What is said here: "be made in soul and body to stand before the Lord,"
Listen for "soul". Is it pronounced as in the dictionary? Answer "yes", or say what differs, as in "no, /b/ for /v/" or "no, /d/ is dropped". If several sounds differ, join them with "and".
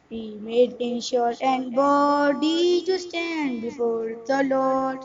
no, /ʃ/ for /s/